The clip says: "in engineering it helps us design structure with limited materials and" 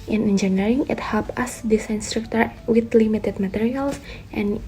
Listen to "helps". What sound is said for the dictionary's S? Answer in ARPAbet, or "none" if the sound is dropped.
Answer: none